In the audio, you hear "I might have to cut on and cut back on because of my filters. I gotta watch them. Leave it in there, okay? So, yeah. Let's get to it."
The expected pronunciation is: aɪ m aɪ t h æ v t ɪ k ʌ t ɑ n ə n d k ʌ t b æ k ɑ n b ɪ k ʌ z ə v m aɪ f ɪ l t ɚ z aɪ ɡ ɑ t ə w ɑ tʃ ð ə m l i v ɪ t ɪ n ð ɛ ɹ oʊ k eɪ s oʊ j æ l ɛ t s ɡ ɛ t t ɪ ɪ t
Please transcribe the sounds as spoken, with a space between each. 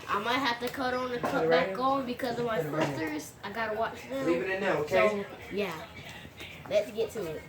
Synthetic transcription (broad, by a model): aɪ m aɪ t h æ f t ɪ k ʌ t n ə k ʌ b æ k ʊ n b ɪ k ʌ z ə v m aɪ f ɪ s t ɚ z aɪ ɡ ɑ t ə w ɑ tʃ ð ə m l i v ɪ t ɪ n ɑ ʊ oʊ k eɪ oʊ j æ l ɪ t s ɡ ɛ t t ɪ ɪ t